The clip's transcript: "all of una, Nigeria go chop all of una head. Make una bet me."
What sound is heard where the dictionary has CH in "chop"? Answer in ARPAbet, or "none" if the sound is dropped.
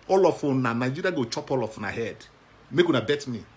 CH